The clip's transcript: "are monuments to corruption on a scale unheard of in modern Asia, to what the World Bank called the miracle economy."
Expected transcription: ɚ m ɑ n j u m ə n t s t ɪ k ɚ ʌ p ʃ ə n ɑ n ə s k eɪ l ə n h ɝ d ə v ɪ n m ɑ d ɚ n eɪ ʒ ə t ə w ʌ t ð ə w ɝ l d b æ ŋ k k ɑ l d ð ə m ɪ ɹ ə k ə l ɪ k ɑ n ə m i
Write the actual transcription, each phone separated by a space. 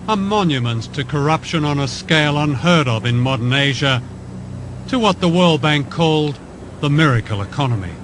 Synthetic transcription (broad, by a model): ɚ m ɑ n j u m ə n t s t ɪ k ɚ ʌ p ʃ ə n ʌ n ə s k eɪ l ə n h ɝ d ə v ɪ n m ɑ d ɚ n eɪ ʒ ə t ə w ʌ t ð ə w ɝ l d b æ ŋ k k ɑ l d ð ə m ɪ ɹ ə k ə l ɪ k ɑ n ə m i